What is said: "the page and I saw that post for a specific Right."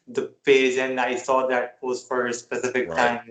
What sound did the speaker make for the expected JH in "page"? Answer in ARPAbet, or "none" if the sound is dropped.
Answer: Z